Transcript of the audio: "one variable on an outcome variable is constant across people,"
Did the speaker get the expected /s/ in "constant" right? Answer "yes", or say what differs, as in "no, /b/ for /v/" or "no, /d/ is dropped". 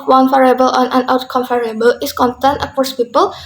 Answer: no, /s/ is dropped